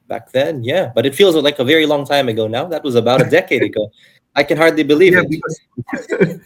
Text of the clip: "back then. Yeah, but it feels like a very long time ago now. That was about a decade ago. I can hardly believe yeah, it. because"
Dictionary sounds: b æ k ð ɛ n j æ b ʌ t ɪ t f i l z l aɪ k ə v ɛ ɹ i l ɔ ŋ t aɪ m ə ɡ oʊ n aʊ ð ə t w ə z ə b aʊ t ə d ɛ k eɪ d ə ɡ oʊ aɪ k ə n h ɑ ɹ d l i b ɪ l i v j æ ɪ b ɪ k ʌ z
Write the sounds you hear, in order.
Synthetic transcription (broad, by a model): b æ k ð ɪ n j æ b ʌ t ɪ t f i l z l aɪ k ə v ɛ ɹ i l ɔ ŋ t aɪ m ə ɡ oʊ n aʊ ð ə t w ə z ə b aʊ t ə d ɛ k eɪ d ə ɡ oʊ aɪ k ə n h ɑ ɹ d l i b ɪ l i v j ɪ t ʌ